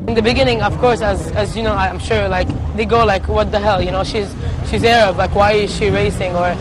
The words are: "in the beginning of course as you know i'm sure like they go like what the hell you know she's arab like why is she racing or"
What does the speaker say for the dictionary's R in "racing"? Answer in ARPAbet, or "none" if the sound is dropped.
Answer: R